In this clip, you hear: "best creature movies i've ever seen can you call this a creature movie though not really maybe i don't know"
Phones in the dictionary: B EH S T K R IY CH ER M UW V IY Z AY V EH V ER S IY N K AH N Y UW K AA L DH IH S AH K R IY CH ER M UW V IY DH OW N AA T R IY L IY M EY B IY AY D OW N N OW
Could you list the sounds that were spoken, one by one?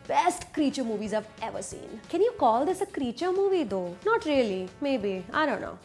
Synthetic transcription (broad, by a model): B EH S T K R IY CH ER M UW V IY Z AY V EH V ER S IY N K AH N Y UW K AA L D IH S AH K R IY CH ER M UW V IY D OW N AA T R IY L IY M EY B IY AY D OW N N OW